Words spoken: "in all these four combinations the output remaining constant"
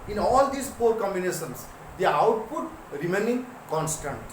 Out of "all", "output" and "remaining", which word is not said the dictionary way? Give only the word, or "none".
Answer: none